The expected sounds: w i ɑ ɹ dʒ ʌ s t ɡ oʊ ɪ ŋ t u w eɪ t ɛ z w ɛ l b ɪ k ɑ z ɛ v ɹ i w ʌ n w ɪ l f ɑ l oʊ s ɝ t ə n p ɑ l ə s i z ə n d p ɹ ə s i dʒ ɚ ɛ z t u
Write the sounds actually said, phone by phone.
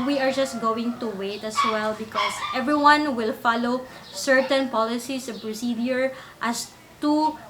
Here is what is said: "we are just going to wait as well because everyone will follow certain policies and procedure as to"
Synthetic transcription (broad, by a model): w i ɑ ɹ dʒ ʌ s t ɡ oʊ ɪ ŋ t u w eɪ t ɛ s w ɛ l b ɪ k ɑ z ɛ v ɹ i w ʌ n w ɪ l f ɑ l oʊ s ɝ t ə n p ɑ l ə s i s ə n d p ɹ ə s i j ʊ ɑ s t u